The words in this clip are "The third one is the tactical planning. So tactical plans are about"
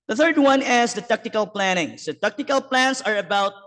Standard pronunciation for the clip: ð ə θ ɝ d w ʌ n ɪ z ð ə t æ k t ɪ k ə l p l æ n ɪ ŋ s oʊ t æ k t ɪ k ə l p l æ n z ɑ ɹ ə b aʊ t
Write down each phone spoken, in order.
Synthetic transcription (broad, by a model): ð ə θ ɝ d w ʌ n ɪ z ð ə t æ k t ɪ k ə l p l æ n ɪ ŋ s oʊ t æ k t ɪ k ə l p l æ n s ɑ ɹ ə b aʊ t